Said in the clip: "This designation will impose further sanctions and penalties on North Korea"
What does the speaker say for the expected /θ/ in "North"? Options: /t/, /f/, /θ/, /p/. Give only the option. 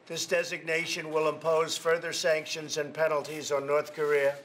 /θ/